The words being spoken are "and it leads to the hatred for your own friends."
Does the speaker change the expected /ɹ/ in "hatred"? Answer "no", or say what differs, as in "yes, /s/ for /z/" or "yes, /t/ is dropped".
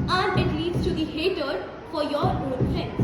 yes, /ɹ/ is dropped